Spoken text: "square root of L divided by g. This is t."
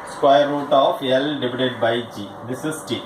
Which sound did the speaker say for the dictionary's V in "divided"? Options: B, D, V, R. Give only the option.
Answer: B